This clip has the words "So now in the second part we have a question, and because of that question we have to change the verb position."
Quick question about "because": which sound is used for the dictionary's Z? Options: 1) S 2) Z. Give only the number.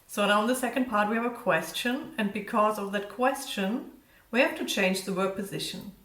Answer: 2